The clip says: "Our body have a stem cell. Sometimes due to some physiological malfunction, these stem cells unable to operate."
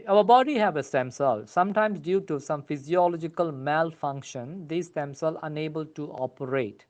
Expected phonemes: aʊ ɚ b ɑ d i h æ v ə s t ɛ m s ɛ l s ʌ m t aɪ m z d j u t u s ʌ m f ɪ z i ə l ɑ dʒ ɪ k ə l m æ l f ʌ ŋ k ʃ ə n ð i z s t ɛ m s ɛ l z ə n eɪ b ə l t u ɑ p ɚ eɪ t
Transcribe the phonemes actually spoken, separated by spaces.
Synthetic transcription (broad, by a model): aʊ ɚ b ɑ d i h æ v ə s t ɛ m s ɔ l s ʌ m t aɪ m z d j u t u s ʌ m f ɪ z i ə l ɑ dʒ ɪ k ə l m æ l f ʌ ŋ k ʃ ə n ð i s t ɛ m s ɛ l ə n eɪ b ə l t u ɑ p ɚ eɪ t